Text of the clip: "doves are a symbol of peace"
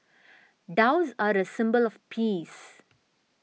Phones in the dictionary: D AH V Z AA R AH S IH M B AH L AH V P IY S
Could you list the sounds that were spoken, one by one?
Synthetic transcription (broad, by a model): D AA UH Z AA R AH S IH M B AH L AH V P IY S